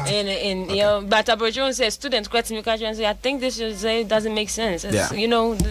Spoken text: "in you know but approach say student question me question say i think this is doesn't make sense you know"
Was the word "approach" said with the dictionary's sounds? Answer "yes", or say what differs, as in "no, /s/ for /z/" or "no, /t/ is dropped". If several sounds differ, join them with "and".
no, /b/ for /p/